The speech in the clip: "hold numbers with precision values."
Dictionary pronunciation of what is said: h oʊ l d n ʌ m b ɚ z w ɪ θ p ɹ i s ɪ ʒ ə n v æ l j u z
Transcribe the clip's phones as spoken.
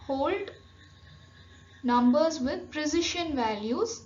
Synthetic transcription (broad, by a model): h oʊ l d n ʌ m b ɚ z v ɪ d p ɹ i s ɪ ʃ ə n v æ l j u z